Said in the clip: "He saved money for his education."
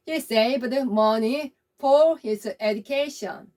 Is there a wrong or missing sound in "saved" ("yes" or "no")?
yes